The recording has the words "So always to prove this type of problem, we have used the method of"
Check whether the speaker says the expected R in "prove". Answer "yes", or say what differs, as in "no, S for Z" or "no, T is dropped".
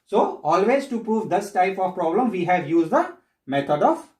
yes